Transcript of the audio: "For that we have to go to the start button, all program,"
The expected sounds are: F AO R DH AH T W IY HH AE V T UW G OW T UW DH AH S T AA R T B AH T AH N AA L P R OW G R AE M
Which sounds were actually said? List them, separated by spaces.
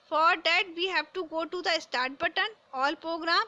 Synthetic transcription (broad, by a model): F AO R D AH T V IY HH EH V T UW G OW T UW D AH S T AA R T B AH T AH N AA L P R OW G R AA M